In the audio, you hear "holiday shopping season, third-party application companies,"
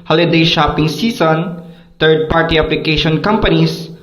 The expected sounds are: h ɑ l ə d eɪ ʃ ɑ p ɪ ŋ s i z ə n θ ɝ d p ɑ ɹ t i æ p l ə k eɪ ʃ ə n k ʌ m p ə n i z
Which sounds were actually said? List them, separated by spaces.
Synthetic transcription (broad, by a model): h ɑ l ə d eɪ ʃ ɑ p ɪ ŋ s i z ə n t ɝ d p ɑ ɹ t i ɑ p l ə k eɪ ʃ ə n k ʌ m p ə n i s